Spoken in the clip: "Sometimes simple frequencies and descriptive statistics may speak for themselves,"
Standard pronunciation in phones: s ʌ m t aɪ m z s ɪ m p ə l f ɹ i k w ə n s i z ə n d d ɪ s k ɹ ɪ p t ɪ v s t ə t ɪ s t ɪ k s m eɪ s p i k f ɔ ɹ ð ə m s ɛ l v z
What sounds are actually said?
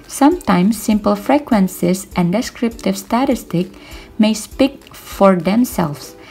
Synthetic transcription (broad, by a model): s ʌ m t aɪ m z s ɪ m p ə l f ɹ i k w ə n s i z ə n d d ɪ s k ɹ ɪ p t ɪ v s t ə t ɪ s t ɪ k m eɪ s p i k f ɔ ɹ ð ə m s ɛ l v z